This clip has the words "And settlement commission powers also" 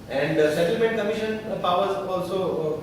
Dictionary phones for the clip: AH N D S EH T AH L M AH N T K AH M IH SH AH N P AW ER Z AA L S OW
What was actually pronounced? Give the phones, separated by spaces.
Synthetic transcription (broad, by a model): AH N D S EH T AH L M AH T K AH M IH SH AH N P AW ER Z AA L S OW